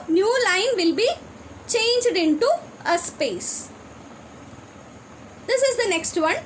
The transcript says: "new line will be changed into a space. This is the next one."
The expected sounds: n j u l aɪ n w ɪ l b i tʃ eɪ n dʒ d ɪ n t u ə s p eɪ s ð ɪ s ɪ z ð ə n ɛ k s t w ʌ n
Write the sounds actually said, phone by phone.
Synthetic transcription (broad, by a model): n j u l aɪ n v ɪ l b i tʃ eɪ n dʒ d ɪ n t u ə s p eɪ s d ɪ s ɪ z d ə n ɛ k s t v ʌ n